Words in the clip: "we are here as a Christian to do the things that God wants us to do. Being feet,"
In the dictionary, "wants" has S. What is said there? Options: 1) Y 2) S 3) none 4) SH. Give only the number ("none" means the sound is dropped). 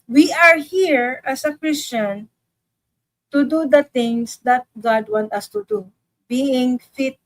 3